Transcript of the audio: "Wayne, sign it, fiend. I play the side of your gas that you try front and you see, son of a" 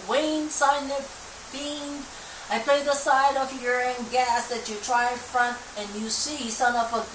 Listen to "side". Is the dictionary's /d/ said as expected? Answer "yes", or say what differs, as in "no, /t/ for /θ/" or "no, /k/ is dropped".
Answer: yes